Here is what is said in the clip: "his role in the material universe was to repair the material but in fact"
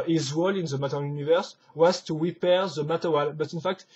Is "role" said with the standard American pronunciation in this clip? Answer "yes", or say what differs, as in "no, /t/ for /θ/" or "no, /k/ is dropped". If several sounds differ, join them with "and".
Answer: no, /w/ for /ɹ/